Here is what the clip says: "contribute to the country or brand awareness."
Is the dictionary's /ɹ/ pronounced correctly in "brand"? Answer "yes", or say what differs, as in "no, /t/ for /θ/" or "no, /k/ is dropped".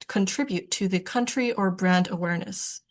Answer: yes